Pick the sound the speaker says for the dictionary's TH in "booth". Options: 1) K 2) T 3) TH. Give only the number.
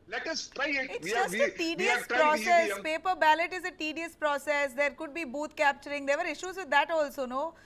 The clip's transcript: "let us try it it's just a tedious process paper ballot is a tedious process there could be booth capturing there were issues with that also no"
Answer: 2